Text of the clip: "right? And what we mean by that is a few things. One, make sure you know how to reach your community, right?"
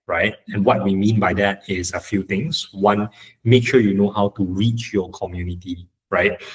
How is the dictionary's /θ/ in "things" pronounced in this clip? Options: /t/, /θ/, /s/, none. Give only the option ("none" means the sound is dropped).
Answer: /t/